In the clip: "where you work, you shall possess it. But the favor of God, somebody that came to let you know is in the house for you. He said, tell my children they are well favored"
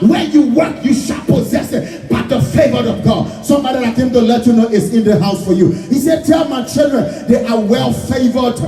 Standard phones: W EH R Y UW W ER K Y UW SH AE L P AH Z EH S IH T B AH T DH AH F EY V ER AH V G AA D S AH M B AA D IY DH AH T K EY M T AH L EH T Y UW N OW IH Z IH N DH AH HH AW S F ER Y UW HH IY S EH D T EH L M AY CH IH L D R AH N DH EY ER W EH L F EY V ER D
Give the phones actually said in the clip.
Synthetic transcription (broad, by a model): W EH Y UW W ER K Y UW SH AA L P AH Z EH S IH T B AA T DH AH F EY V ER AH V G AA D S AH M B AA D IY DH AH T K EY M T AH L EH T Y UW N OW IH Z IH N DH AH HH AW S F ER Y UW HH IY S EH D T EH L M AY CH IH L D R AH N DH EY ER W EH L F EY V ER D